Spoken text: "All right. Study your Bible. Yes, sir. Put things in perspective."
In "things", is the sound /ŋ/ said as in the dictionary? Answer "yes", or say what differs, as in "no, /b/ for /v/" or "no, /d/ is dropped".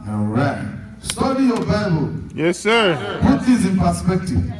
no, /ŋ/ is dropped